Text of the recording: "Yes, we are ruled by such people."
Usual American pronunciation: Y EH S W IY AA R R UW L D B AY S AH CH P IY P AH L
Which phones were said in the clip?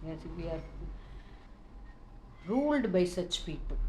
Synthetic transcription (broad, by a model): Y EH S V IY AA R R UW L D B AY S AH CH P IY P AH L